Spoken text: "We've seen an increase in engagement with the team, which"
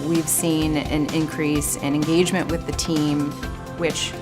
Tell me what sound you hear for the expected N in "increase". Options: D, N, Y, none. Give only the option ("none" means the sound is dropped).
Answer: N